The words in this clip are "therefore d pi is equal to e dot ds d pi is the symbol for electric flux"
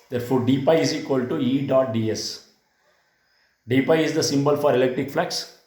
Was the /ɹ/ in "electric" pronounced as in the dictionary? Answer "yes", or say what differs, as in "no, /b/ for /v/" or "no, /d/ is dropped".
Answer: yes